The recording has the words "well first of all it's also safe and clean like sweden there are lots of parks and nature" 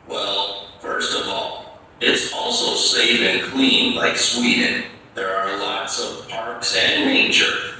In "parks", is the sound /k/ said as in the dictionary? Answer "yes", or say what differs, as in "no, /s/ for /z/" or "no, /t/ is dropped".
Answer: yes